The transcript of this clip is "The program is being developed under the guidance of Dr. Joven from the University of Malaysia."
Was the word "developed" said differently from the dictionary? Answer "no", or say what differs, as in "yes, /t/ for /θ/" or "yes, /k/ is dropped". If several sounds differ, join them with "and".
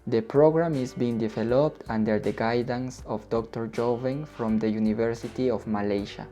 no